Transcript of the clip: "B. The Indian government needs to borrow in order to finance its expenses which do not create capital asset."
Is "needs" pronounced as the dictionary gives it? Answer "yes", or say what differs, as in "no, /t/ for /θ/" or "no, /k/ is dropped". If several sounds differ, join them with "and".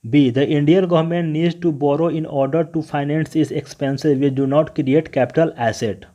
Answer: no, /z/ is dropped